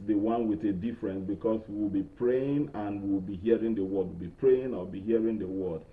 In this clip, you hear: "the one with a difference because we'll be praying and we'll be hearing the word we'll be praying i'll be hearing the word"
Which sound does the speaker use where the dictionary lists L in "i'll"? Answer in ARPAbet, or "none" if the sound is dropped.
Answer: W